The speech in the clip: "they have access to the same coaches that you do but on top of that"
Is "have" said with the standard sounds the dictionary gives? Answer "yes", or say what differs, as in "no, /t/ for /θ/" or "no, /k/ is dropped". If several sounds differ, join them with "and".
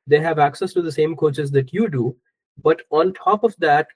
yes